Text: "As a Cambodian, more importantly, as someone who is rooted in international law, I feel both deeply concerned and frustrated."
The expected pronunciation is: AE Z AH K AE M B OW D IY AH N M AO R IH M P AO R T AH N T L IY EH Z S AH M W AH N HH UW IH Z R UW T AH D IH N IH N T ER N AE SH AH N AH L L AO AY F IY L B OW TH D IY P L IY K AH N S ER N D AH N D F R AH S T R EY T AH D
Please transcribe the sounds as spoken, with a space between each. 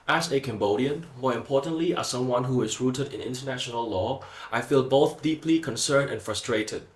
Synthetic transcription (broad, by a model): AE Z AH K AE M B OW D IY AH N M AO R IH M P AO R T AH N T L IY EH S AH M W AH N HH UW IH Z R UW T AH D IH N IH N T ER N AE SH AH N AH L L AO AY F IY L B OW TH D IY P L IY K AH N S ER N D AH N F R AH S T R EY T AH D